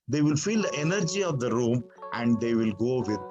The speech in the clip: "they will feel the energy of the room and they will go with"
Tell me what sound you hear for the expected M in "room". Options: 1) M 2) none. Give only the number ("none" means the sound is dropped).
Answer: 1